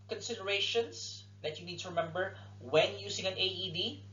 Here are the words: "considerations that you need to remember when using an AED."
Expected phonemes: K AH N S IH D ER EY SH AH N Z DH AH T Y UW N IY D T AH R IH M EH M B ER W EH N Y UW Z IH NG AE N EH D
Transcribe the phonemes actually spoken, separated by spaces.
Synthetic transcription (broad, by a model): K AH N S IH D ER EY SH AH N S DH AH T Y UW N IY D T AH R IH M EH M B ER W EH N Y UW S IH NG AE N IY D